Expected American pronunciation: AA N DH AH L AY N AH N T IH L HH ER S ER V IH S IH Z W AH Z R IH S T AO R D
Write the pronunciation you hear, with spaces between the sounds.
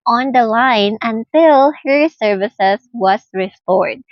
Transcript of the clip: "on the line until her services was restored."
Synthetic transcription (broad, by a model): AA N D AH L AY N AH N T IH L HH ER S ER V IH S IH S W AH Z R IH S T AO R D